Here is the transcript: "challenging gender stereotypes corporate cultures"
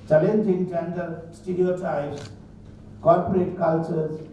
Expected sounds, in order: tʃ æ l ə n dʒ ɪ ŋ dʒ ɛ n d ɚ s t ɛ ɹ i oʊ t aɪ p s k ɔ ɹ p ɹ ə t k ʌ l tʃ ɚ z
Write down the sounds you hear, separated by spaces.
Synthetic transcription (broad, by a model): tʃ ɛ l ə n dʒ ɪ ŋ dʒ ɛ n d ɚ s t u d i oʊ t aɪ s k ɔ ɹ p ɹ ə t k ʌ l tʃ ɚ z